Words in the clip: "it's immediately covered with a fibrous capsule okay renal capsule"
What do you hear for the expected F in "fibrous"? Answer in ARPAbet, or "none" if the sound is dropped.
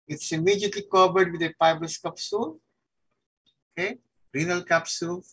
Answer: P